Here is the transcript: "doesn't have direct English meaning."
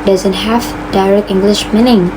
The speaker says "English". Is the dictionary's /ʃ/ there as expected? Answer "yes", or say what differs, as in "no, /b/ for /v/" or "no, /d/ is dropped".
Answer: yes